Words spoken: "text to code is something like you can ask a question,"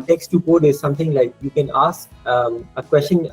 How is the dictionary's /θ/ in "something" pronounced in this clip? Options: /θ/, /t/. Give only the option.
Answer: /t/